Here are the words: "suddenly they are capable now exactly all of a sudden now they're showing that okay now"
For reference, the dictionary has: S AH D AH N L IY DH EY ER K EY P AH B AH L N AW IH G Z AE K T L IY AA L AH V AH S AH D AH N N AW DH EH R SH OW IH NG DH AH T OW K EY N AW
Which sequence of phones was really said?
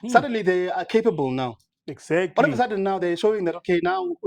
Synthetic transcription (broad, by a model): S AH D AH N L IY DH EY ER K EY P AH B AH L N AW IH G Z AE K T IY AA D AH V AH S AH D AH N N AW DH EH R SH OW IH NG DH AH T OW K EY N AW